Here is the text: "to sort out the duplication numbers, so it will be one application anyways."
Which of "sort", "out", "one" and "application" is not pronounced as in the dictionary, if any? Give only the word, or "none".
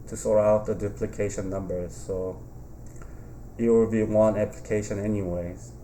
sort